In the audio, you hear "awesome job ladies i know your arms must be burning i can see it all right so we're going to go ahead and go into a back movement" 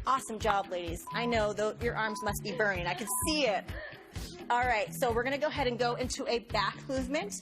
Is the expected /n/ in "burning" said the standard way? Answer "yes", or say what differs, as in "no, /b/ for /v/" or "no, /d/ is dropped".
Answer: no, /n/ is dropped